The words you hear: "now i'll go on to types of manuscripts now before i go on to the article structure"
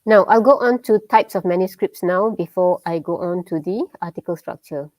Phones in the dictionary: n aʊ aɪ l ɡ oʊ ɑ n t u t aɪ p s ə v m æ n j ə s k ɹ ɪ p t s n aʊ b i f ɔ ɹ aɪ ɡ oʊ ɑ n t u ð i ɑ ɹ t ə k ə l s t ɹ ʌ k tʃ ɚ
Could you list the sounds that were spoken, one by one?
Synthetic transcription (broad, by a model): n aʊ aɪ l ɡ oʊ ɑ n t u t aɪ p s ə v m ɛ n j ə s k ɹ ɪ p t s n aʊ b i f ɔ aɪ ɡ oʊ ɑ n t u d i ɑ t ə k ə l s t ɹ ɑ k tʃ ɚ